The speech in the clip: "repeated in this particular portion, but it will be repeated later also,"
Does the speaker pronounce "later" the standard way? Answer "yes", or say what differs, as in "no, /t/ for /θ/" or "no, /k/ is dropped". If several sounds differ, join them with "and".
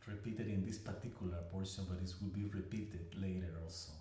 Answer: yes